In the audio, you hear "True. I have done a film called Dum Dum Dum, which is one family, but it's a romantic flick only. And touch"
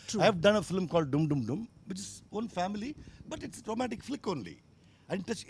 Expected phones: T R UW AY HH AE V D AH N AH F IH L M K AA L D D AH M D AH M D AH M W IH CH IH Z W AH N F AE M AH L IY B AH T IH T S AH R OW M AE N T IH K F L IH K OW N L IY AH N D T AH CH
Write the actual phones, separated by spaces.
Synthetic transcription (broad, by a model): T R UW AY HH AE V D AH N AH F IH L M K AA L D D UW M D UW M D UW M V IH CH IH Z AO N F AE M AH L IY B AH T IH T S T R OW M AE T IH K F L IH K OW N L IY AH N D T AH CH